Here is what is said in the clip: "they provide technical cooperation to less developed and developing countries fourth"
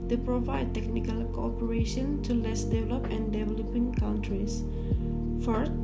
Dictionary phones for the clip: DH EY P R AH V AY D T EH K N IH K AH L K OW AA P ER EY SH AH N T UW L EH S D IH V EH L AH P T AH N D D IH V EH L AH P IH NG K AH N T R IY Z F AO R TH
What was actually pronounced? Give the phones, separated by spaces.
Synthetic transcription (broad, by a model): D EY P R AH V AY D T EH K N IH K AH L K OW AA P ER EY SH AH N T UW L EH S D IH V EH L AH P AH N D D IH V EH L AH P IH NG K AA N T R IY S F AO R